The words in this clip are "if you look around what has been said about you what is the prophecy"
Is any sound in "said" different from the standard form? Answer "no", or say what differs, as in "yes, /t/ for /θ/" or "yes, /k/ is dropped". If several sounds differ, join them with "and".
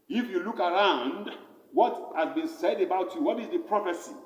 no